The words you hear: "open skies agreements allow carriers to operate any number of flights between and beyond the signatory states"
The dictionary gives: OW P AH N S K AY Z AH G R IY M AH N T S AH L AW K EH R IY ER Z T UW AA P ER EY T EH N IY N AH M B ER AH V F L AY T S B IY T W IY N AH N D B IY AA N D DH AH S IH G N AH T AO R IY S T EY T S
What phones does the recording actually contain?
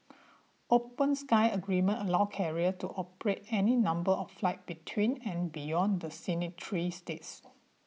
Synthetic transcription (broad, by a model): OW P AH N S K AY AH G R IY M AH N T AH L AW K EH R IY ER T UW AA P ER EY T EH N IY N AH M B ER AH F F L AY T B IY T W IY N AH N B IY AA N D AH S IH N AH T R IY S T EY T S